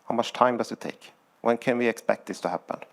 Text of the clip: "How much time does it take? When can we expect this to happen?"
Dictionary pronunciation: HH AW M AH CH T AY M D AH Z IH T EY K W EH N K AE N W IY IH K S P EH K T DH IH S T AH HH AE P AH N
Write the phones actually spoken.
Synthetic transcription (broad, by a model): HH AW M AH CH T AY M D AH S IH T EY K W EH N K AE N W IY IH K S P EH K T DH IH S T AH HH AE P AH N